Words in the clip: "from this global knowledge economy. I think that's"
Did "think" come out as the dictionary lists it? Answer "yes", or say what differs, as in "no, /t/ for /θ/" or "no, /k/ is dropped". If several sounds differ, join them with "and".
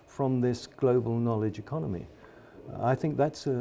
yes